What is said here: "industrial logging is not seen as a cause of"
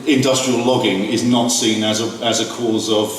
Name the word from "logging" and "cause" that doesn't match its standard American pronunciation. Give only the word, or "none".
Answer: none